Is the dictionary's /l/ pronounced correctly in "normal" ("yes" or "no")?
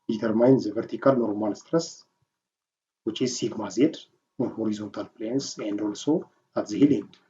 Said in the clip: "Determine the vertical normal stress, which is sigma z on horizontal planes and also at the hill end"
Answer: no